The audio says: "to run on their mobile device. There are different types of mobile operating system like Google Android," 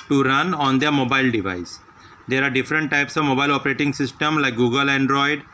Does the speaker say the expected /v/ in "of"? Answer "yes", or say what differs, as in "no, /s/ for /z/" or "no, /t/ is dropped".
yes